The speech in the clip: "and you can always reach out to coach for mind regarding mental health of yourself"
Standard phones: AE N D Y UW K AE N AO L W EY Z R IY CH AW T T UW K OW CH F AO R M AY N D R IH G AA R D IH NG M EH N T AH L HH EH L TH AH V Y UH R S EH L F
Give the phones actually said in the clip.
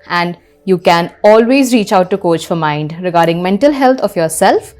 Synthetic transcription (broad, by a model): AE N D Y UW K AE N AO L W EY Z R IY CH AW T T UW K OW CH F AO R M AY N D R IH G AA R D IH NG M EH N T AH L HH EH L T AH F Y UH R S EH L F